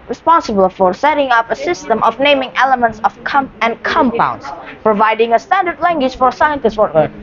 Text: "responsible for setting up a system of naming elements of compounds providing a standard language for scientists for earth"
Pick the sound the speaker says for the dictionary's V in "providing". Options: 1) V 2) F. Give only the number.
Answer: 1